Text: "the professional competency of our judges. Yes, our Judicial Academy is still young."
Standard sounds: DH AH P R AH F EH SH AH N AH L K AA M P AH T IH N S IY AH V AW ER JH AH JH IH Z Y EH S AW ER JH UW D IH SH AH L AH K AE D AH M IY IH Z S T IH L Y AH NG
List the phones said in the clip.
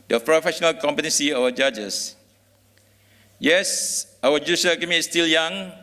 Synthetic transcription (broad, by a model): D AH P R AH F EH SH AH N AH L K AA M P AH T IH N S IY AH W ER JH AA JH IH S Y EH S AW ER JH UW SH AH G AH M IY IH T S T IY L Y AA NG